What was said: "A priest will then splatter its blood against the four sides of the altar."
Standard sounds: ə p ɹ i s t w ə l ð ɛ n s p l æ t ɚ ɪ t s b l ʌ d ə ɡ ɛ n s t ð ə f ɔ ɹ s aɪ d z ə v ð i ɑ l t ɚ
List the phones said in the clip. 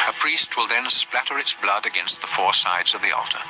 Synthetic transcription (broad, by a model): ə p ɹ i s t w ə l ð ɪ n s p l æ t ɚ ɪ t s b l ʌ d ə ɡ ɛ n s t ð ə f ɔ ɹ s aɪ d z ə v ð i ɑ l t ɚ